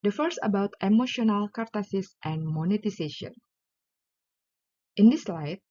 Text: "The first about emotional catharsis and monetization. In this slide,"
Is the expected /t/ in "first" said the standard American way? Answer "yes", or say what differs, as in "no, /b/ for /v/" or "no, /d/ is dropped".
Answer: no, /t/ is dropped